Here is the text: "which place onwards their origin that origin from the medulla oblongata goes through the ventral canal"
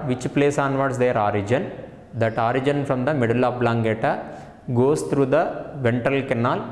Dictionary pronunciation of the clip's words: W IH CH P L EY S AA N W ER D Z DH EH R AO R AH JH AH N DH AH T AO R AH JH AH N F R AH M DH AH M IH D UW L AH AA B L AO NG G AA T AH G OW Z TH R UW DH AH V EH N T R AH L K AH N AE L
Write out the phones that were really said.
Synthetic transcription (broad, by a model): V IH CH P L EY S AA N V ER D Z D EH R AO R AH JH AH N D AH T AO R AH JH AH N F R AH M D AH M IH D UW L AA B L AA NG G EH T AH G OW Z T R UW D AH V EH N T AH L K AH N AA L